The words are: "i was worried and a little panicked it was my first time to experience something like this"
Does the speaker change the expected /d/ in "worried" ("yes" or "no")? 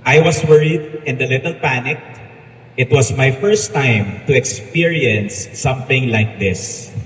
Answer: no